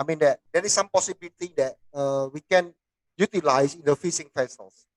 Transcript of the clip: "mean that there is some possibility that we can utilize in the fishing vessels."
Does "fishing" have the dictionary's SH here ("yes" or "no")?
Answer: no